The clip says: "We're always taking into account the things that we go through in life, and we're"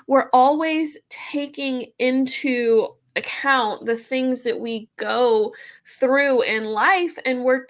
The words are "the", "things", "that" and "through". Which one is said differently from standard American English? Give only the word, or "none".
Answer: none